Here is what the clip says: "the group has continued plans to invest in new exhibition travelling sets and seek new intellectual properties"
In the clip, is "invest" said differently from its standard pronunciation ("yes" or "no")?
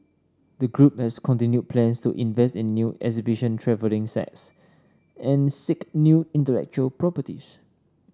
no